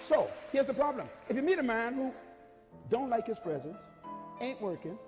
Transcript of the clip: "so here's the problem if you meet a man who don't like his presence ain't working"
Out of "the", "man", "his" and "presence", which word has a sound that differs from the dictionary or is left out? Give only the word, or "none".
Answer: none